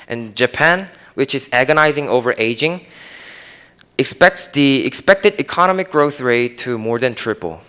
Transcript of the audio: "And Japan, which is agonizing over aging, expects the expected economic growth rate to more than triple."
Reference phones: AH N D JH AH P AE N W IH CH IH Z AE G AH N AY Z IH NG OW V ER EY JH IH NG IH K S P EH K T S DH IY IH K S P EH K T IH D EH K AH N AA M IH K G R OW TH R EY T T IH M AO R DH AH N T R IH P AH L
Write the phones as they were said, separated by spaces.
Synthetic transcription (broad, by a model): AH N JH AH P AE N W IH CH IH Z AE G AH N AY Z IH NG OW V ER EY JH IH NG IH K S P EH K T S DH IY IH K S P EH K T IH D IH K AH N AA M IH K G R OW TH R EY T T IH M AO R DH AH N T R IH P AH L